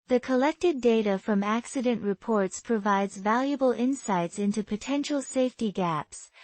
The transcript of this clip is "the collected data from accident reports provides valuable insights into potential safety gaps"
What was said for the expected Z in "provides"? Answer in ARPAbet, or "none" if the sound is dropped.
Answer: Z